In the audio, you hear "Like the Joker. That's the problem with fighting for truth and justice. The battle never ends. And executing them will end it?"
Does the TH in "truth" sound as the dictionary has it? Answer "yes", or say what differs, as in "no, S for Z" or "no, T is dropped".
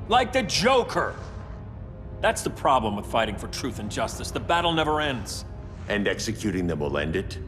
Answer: yes